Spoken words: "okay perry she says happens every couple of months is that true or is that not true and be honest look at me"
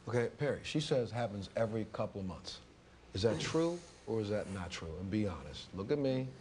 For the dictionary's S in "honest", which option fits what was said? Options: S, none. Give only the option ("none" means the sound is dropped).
S